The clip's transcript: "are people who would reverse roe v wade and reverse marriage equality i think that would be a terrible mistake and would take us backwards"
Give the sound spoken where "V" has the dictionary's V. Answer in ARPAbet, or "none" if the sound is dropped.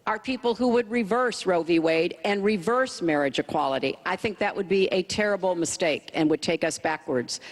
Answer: V